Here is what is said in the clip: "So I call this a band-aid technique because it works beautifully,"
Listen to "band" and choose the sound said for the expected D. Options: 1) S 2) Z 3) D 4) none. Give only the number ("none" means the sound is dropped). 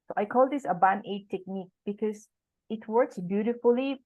4